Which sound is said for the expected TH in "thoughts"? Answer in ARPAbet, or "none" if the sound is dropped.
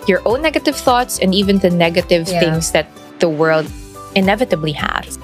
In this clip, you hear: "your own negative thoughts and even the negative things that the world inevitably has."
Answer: TH